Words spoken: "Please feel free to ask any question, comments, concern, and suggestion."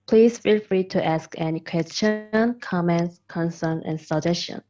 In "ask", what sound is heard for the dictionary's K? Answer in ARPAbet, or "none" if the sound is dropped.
K